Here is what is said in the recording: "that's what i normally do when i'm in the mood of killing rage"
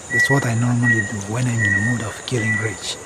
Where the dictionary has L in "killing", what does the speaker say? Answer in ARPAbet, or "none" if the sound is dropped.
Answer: L